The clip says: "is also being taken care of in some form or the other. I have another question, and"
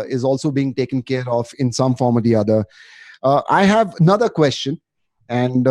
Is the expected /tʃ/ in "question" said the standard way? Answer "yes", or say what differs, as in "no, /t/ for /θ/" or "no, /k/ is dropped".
yes